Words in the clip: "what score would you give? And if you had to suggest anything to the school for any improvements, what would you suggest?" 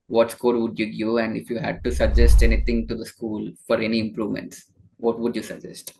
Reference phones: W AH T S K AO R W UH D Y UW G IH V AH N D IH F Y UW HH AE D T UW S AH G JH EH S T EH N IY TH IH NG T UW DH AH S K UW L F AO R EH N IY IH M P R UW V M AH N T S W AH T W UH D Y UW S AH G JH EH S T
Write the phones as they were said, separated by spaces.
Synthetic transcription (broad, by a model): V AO T S K AO R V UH D Y UW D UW AH N D IH F Y UW HH AE D T UW S AH G JH EH S T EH N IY T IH NG T UW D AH S K UW L F AO R EH N IY IH M P R UW V M AH N T S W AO T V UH D Y UW S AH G JH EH S T